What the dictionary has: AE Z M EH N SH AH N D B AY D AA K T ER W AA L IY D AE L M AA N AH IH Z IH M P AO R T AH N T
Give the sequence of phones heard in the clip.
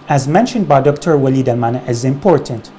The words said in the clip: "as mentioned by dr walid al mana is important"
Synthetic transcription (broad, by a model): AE Z M EH N SH AH N D B AY D AA K T ER W AA L IY D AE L M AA N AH IH Z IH M P AO R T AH N T